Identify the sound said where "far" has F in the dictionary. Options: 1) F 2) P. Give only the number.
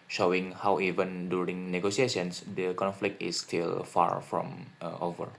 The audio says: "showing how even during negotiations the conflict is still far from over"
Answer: 1